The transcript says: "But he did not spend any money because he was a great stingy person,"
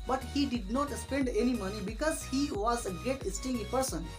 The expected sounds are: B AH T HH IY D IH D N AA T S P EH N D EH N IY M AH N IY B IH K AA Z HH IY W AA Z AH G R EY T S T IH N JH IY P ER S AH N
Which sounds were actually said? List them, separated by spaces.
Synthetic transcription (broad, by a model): B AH T HH IY D IH D N AA T S P EH N D EH N IY M AH N IY B IH K AA Z HH IY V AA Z AH G EY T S T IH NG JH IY P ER S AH N